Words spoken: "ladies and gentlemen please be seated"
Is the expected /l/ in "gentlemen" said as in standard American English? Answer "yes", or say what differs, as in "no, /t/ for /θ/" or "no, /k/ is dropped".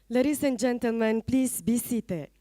yes